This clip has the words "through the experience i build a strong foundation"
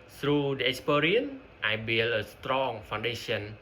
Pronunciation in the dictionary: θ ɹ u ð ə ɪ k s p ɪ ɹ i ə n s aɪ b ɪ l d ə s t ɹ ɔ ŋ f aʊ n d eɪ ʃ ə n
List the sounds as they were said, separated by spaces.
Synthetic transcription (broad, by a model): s ɹ u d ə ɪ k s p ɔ ɹ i ə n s aɪ b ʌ l ə s t ɹ ɔ ŋ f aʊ n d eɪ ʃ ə n